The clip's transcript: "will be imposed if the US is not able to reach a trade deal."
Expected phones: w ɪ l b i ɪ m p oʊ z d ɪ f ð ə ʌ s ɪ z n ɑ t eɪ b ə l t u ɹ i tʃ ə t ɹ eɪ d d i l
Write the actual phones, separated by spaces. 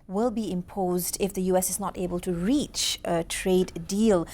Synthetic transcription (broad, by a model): w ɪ l b i ɪ m p oʊ z d ɪ f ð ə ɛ s ɪ z n ɑ t eɪ b ə l t u ɹ i tʃ ə t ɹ eɪ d d i l